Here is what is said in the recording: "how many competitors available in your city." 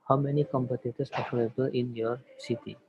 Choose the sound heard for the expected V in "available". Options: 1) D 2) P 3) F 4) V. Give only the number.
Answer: 3